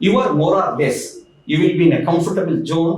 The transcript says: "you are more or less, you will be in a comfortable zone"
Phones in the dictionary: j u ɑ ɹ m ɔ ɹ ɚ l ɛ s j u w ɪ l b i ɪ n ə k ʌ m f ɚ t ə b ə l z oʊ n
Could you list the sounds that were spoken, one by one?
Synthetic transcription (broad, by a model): j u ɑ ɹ m ɔ ɹ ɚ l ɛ s j u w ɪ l b i ɪ n ə k ʌ m f ɚ t ə b ə l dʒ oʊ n